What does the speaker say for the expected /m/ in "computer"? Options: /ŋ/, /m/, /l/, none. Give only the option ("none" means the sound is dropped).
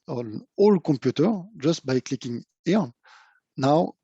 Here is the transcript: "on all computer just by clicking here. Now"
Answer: none